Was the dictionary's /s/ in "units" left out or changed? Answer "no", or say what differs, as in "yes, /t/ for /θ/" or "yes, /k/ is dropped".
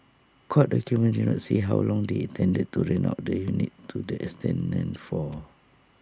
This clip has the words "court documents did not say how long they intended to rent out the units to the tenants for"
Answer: yes, /s/ is dropped